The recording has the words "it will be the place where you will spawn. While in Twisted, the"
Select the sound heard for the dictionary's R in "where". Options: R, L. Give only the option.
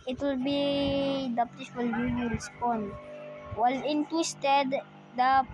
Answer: L